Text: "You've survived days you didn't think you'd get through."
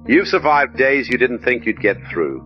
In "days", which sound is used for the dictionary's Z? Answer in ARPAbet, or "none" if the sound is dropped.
Z